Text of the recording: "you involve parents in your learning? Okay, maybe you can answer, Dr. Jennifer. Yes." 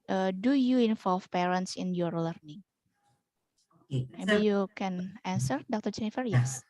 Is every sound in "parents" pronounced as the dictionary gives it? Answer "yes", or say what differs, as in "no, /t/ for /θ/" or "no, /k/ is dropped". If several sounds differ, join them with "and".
yes